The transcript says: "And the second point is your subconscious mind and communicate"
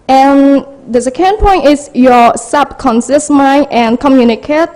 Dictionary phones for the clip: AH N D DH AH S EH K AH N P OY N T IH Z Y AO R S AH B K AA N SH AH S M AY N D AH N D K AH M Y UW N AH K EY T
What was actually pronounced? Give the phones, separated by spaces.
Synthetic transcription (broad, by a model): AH N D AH S EH K AH N P OY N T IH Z Y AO S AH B K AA N S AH S M AY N AH N K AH M Y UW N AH K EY T